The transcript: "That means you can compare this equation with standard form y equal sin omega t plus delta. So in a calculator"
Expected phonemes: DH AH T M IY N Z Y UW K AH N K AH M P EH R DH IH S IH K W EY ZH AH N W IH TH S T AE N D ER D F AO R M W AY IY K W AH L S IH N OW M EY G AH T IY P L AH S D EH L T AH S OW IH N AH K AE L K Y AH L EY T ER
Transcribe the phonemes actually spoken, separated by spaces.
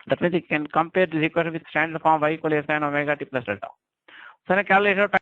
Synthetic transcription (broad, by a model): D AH T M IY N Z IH K AH N K AH M P EH R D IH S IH K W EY SH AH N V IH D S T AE N D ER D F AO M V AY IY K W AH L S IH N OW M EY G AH T IY P L AH S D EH T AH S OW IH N AH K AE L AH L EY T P